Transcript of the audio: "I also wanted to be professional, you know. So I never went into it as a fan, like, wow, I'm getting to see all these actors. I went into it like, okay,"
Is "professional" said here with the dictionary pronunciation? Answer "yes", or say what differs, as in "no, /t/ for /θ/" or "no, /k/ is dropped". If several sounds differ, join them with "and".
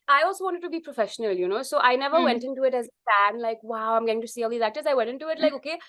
yes